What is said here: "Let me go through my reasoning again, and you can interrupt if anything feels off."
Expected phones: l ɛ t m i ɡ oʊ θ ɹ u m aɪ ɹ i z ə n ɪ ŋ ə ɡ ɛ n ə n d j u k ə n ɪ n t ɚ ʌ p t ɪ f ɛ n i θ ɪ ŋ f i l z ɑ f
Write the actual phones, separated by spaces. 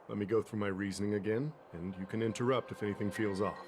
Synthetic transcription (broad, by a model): l ɛ t m i ɡ oʊ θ ɹ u m aɪ ɹ i z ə n ɪ ŋ ə ɡ ɛ n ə n j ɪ k ə n ɪ n t ɚ ʌ p t ɪ f ɛ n i θ ɪ ŋ f i l z ɑ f